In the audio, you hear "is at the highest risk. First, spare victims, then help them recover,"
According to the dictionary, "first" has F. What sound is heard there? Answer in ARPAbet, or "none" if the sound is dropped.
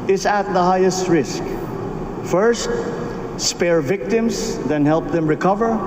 F